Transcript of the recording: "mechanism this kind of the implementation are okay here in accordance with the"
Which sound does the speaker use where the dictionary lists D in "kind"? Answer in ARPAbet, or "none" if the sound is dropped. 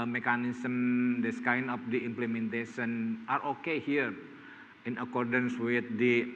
none